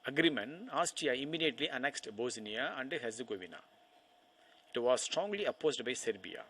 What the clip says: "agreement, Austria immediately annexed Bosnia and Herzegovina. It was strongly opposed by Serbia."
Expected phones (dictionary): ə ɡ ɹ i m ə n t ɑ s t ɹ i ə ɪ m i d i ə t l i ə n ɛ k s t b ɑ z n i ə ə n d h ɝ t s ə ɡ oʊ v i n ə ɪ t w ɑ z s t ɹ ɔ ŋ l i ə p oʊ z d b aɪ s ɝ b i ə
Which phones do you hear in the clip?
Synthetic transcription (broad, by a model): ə ɡ ɹ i m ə n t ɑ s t i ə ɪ m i d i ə t l i ə n ɛ k s t b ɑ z n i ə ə n d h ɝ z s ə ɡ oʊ v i n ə ɪ t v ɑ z s t ɹ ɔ ŋ l i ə p oʊ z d b aɪ s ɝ b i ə